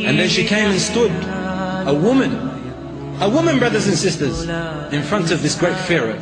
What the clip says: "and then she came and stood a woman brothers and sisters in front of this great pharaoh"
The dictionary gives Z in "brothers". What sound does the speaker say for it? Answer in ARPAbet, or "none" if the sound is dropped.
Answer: Z